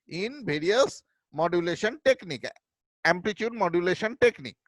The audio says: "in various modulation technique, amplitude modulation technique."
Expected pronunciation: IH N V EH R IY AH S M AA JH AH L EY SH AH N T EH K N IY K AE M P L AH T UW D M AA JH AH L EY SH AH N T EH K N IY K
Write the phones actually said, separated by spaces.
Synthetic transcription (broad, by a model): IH N B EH R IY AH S M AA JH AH L EY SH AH N T EH K N IY K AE M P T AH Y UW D M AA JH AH L EY SH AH N T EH K N IY K